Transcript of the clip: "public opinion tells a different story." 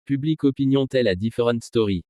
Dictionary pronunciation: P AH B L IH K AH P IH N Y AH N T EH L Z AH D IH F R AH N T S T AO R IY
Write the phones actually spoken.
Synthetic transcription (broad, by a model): P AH B L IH K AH P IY N Y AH T EH L AH D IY F R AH T S T AO R IY